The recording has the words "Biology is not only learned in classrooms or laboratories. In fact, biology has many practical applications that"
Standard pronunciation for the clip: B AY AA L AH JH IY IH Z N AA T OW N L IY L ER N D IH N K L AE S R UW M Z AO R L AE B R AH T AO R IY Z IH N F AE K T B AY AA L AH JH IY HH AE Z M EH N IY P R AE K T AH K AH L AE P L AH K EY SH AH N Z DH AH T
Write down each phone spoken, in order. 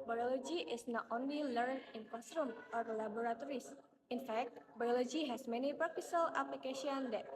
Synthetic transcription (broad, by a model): B AY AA L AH JH IY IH S N AA T OW N L IY L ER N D IH N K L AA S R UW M AO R L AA B R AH T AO R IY S IH N F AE K T B AY AA L AH JH IY HH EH S M EH N IY P R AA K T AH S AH L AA P L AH K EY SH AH N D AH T